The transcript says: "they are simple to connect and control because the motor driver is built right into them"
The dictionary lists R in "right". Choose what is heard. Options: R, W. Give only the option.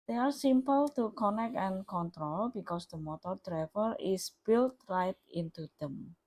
R